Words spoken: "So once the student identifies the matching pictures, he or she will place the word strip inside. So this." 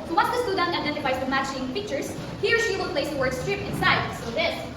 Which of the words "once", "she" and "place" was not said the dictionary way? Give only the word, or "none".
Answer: once